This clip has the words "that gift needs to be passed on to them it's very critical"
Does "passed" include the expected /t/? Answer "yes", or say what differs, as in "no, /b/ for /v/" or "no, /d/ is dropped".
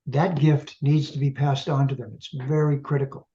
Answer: yes